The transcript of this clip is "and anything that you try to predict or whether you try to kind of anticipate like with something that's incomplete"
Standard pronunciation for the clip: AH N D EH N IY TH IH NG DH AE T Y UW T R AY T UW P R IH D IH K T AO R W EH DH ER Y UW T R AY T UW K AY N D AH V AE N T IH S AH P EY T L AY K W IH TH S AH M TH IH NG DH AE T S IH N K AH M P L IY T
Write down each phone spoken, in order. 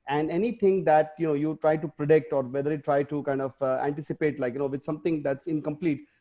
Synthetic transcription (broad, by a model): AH N D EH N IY T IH NG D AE T Y UW T R AY T UW P R IH D IH K T AO R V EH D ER Y UW T R AY T UW K AY N D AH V AE N T IH S AH P EY T L AY K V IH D S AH M T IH NG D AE T S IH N K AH M P L IY T